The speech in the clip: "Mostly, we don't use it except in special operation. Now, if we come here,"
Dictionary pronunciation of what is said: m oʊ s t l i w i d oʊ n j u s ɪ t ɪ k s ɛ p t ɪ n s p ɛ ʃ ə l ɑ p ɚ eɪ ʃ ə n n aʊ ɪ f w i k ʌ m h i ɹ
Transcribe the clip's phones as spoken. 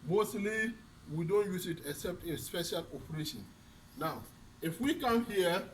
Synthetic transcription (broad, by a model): m oʊ s t l i w i d oʊ n j u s ɪ t ɪ k s ɛ p t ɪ s p ɛ ʃ ə l ɑ p ɚ eɪ ʃ ə n n aʊ ɪ f w i k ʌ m h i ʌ